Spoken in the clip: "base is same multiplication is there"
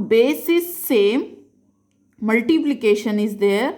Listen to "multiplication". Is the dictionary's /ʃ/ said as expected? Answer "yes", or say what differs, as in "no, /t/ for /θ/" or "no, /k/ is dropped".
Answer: yes